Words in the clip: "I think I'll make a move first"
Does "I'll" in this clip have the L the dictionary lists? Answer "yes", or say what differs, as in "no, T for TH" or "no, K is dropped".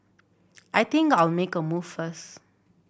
yes